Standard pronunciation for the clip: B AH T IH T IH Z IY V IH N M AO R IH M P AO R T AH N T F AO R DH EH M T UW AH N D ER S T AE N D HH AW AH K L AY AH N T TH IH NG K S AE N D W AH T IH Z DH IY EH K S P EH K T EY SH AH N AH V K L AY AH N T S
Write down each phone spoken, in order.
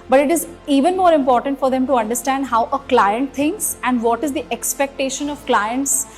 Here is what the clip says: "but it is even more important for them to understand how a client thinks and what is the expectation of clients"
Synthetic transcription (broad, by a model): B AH T IH T IH Z IY V IH N M AO R IH M P AO R T AH N T F AO R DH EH M T UW AH N D ER S T AE N D HH AW AH K L AY AH N T T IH NG K S AE N D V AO T IH Z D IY EH K S P EH K T EY SH AH N AH V K L AY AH N T S